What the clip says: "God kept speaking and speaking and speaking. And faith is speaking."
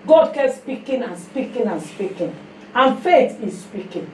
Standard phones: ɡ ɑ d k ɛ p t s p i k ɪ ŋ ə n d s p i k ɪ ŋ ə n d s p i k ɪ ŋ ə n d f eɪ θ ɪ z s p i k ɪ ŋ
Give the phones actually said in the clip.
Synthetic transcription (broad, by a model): ɡ ɑ d k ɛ t s p i k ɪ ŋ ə n s p i k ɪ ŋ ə n s p i k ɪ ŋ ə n f eɪ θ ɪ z s p i k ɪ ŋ